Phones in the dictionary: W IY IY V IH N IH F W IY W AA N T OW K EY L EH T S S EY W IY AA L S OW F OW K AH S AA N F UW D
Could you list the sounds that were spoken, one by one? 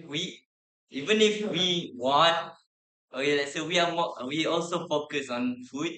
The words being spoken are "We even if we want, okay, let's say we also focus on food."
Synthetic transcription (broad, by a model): W IY IY V IH N IH F W IY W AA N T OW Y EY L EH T S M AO W IY AA L S OW F OW K AH S AA N F UW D